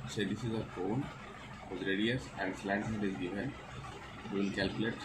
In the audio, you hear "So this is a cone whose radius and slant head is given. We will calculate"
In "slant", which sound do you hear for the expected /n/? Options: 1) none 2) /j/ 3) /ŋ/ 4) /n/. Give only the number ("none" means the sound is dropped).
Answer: 1